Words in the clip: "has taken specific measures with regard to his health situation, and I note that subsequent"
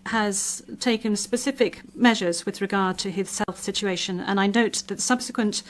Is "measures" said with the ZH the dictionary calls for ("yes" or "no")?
yes